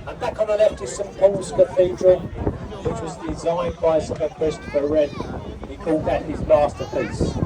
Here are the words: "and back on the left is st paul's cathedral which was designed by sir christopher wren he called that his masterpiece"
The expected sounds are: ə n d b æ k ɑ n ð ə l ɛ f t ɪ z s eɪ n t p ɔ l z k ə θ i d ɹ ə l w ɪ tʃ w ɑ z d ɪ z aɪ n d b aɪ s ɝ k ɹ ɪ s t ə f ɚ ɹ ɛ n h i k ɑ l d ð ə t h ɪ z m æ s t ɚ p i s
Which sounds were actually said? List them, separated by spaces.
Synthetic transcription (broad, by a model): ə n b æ k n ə l ɛ f t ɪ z s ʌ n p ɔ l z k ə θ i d ɹ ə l w ɪ tʃ w ɑ z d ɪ z aɪ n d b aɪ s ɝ k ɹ ɪ s t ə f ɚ ɹ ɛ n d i k ɑ l d ð ə t h ɪ z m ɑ s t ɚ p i s